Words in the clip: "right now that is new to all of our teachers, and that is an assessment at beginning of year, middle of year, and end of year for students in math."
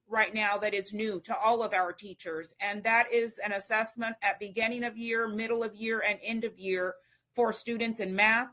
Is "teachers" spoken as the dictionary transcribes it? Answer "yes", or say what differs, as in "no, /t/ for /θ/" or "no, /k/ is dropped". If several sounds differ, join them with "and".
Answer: yes